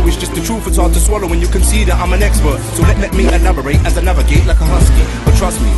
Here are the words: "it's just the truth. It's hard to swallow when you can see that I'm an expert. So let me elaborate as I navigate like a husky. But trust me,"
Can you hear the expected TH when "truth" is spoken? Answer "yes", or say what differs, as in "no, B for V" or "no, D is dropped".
no, F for TH